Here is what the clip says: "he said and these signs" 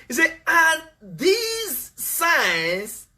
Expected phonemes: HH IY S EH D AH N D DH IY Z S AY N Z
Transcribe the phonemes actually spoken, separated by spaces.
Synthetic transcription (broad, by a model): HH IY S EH AH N DH IY Z S AY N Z